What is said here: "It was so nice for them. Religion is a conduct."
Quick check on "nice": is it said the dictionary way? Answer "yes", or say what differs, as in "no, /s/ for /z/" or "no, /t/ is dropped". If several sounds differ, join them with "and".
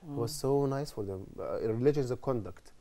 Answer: yes